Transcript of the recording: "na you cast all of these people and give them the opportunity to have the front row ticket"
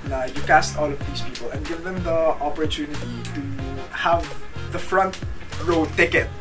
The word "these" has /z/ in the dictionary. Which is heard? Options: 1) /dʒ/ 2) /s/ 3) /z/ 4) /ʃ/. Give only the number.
2